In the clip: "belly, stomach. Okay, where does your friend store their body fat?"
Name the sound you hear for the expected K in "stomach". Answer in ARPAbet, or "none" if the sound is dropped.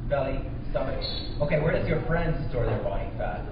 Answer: none